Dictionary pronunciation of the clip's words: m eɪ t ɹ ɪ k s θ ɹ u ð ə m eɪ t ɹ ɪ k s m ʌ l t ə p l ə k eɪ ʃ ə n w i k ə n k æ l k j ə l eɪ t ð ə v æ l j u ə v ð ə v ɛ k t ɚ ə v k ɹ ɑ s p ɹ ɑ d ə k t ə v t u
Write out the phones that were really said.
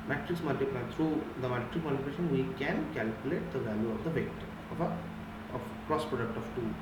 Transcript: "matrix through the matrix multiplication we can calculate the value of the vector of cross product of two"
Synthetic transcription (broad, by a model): m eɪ t ɹ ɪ k s t ɹ u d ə m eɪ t ɹ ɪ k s m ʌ l t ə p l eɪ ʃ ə n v i k ə n k æ l k j ə l eɪ t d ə v æ l j u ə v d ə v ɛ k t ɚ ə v k ɹ ɑ s p ɹ ɑ d ə k t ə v t u